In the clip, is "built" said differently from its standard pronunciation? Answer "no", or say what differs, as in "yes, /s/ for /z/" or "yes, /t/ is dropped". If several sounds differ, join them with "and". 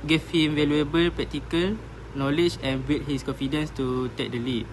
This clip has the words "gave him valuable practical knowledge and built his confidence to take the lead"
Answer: yes, /l/ is dropped